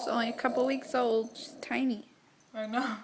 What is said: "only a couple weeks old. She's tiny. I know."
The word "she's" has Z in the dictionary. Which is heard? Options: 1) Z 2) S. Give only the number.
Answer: 2